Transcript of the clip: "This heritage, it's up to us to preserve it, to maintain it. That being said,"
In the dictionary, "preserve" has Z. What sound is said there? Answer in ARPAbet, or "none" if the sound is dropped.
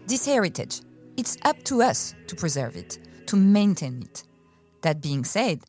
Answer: Z